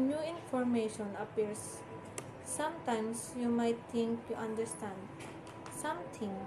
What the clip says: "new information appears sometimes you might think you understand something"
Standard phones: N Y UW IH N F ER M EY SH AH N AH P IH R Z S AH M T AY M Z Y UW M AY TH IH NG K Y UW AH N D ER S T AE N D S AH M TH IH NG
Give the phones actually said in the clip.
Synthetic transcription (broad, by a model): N Y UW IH N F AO M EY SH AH N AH P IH R S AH M T AY M S Y UW M AY T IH NG K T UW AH N D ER S T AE N D S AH M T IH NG